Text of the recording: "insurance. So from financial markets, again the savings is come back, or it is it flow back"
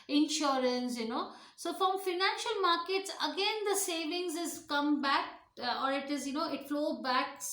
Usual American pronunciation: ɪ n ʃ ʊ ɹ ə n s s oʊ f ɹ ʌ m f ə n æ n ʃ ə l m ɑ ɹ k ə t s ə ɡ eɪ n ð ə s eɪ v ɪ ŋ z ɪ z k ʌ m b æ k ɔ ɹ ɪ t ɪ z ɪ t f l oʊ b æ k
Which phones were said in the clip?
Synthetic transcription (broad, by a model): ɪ n ʃ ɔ ɹ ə n s s oʊ f ɹ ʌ m f ə n æ n ʃ ə l m ɑ ɹ k ə t s ə ɡ eɪ n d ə s eɪ v ɪ ŋ z ɪ z k ʌ m b æ k ɔ ɹ ɪ t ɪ z ɪ t f l oʊ b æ k